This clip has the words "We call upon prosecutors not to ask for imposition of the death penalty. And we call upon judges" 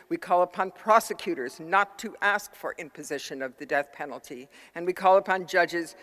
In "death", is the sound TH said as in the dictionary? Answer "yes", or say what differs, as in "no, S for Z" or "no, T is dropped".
yes